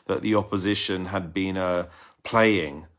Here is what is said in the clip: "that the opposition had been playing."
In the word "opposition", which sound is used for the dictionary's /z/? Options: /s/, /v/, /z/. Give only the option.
/z/